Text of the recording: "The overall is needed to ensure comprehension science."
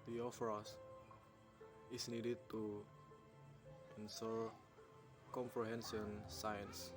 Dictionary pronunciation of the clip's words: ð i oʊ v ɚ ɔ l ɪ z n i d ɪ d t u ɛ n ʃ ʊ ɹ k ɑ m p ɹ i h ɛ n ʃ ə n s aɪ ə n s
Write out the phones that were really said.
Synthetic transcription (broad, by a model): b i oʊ f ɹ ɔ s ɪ s n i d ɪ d t u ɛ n s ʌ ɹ k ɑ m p ɹ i h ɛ n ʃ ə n s aɪ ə n s